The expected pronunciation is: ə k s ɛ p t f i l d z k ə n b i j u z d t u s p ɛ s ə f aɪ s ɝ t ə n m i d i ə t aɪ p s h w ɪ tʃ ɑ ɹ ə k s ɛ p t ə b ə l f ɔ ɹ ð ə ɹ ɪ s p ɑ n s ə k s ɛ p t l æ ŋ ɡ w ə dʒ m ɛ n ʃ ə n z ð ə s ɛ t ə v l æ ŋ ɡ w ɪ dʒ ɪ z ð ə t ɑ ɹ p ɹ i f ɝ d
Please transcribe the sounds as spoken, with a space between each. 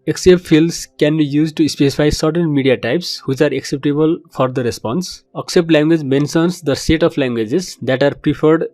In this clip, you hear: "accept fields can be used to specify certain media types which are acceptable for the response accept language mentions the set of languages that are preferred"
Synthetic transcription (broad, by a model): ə k s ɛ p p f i l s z k ə n b i j u z d t u s p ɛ s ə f aɪ s ɝ t ə n m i d i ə t aɪ p s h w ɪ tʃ ɑ ɹ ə k s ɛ p t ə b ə l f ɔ ɹ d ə ɹ ɪ s p ɑ n s ə k s ɛ p t l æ ŋ ɡ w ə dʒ m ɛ n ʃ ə n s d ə s ɛ t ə p l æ ŋ ɡ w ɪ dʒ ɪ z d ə t ɑ ɹ p ɹ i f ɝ d